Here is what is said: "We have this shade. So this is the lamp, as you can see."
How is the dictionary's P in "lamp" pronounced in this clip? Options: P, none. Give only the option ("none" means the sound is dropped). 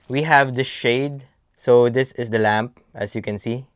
P